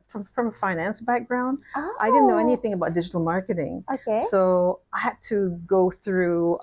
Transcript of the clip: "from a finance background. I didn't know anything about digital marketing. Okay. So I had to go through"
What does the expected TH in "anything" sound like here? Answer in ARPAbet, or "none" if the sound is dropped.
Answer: TH